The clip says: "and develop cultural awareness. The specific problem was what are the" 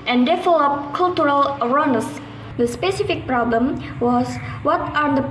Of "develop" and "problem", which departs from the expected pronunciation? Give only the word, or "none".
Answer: develop